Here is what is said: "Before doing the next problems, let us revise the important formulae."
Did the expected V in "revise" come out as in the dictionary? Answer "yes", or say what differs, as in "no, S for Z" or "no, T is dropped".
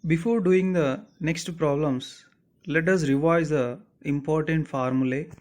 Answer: yes